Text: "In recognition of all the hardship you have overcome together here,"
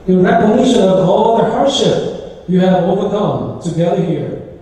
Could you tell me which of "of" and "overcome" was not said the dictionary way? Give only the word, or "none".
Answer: none